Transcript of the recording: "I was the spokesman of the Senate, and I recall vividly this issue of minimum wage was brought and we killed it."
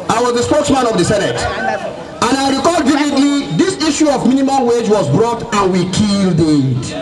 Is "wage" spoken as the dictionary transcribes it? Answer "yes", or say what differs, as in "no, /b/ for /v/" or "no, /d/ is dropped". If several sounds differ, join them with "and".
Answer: yes